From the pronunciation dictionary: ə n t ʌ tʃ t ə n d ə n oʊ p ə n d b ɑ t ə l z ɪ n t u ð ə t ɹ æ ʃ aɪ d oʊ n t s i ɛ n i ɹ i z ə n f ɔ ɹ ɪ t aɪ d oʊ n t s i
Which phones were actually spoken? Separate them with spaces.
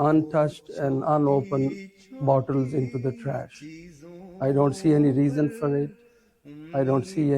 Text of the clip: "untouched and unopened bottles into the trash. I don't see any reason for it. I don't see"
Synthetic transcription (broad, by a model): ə n t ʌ tʃ t ə n d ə n oʊ p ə n b ɑ t ə l z ɪ n t u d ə t ɹ æ ʃ aɪ d oʊ n t s i ɛ n i ɹ i z ə n f ɔ ɹ ɪ t aɪ d oʊ n t s i